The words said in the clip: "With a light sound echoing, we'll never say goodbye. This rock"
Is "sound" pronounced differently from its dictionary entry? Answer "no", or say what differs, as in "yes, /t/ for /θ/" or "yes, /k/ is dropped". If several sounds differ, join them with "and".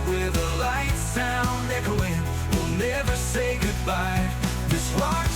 yes, /d/ is dropped